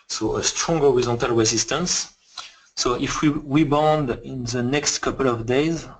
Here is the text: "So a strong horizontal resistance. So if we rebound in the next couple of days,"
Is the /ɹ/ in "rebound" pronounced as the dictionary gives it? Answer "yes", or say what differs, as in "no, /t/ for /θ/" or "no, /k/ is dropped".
no, /w/ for /ɹ/